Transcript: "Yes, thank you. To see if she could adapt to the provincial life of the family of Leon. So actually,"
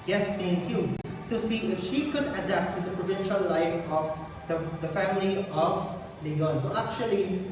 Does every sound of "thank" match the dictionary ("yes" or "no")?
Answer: no